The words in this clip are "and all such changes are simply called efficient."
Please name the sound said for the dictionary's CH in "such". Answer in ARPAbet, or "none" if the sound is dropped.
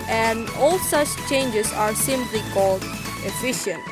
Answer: CH